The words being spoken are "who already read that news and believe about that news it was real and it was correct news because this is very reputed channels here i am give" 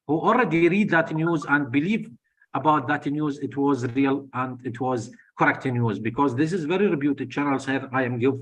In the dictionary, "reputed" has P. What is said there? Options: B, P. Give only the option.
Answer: B